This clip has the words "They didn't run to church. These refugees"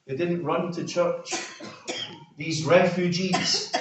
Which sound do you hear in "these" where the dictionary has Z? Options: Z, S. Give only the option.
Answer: Z